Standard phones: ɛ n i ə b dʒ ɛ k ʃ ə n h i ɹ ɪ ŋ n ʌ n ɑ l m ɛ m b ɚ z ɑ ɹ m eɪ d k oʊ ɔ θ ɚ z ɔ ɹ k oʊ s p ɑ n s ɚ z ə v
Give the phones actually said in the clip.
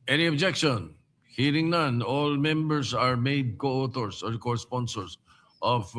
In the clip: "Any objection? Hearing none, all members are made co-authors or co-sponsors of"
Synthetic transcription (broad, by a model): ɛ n i ə b dʒ ɛ k ʃ ə n h i ɹ ɪ ŋ n ʌ n ɑ l m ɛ m b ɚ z ɑ ɹ m eɪ d k oʊ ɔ t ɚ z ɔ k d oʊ s p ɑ n s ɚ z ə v